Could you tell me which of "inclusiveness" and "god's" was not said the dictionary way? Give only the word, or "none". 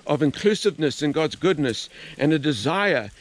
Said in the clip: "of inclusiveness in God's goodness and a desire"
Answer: none